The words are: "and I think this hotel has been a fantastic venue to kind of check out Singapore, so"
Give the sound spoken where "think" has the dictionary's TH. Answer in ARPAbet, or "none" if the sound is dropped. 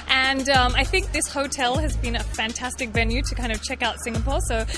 TH